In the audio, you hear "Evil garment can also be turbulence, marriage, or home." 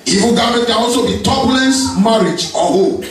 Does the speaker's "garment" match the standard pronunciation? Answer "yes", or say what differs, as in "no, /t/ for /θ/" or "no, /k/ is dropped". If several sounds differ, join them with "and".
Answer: no, /m/ is dropped and /n/ is dropped